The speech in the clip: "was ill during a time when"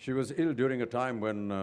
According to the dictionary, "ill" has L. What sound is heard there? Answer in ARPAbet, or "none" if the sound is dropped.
L